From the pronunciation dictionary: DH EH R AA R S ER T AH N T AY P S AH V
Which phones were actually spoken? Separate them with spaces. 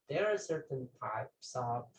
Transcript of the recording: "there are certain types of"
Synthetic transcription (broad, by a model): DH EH R AA R S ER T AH N T AY P S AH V